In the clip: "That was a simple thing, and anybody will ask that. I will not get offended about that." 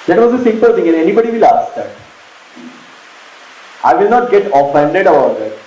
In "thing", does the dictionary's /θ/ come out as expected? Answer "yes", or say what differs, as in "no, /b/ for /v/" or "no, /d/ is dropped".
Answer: no, /t/ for /θ/